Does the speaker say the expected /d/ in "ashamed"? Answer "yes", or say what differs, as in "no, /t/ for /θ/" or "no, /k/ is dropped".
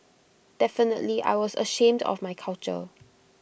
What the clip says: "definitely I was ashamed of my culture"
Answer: yes